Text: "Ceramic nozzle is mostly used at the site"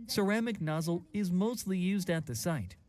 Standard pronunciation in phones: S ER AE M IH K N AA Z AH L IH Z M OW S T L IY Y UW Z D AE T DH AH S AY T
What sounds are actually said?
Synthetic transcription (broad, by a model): S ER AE M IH K N AA Z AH L IH Z M OW S T L IY Y UW Z D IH T DH AH S AY T